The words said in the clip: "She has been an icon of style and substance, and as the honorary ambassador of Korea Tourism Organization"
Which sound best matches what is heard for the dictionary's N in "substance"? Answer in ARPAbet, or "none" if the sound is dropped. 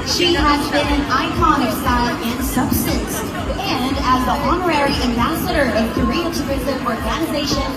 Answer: none